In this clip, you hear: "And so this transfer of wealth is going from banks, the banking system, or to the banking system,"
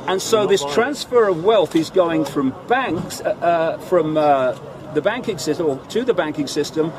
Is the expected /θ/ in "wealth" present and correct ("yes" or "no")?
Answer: yes